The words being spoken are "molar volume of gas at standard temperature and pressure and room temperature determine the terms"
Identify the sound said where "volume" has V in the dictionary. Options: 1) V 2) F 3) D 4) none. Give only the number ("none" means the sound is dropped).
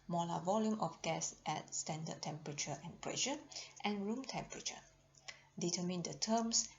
1